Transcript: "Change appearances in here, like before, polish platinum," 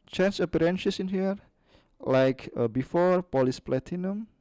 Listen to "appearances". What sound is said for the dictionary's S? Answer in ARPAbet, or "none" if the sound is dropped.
SH